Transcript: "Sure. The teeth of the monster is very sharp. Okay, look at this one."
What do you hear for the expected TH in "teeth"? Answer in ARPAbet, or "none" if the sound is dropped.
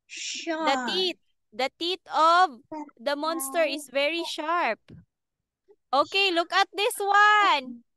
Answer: T